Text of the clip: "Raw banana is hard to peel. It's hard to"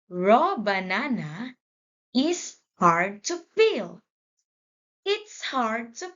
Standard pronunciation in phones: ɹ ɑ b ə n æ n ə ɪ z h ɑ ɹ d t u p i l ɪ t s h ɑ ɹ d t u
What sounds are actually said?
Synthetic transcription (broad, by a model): ɹ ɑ b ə n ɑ n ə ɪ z h ɑ ɹ d t u f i l ɪ t s h ɑ ɹ d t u